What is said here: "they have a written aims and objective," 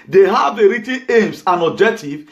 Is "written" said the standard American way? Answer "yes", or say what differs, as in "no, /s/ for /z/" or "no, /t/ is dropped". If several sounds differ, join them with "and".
no, /n/ is dropped